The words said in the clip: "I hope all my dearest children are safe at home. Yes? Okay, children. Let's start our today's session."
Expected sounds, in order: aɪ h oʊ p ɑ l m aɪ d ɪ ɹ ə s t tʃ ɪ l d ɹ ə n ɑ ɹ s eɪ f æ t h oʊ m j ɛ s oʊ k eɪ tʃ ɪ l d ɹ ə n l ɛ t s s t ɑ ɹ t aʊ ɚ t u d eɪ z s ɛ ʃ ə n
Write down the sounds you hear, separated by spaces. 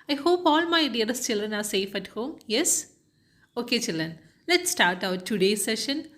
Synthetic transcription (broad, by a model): aɪ h oʊ p ɑ l m aɪ d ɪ ə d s tʃ ɪ l d ɹ ə n ɑ ɹ s eɪ f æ t h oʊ m j ɛ s oʊ k eɪ tʃ ɪ l d ɹ ə n l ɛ t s s t ɑ ɹ t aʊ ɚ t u d eɪ s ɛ ʃ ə n